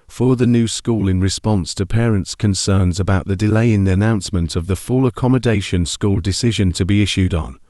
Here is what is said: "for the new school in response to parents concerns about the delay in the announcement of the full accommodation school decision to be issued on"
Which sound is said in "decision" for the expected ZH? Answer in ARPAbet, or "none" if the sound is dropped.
ZH